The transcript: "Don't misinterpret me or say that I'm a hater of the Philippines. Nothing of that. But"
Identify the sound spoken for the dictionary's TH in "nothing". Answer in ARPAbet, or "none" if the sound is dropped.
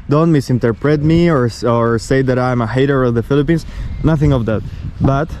TH